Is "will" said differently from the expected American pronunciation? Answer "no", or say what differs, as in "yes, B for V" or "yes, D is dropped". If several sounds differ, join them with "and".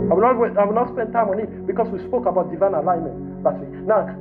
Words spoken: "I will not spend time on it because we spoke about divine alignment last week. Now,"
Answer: yes, W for L